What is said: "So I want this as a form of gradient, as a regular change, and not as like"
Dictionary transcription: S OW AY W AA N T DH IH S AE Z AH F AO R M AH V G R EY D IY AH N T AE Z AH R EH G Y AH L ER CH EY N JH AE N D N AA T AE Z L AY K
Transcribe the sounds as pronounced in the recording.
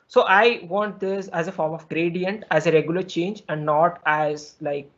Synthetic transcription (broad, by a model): S OW AY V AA N T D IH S AE Z AH F AO R M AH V G R EY D IY AH N T AE Z AH R EH G Y AH L ER CH EY N JH AE N D N AA T AE Z L AY K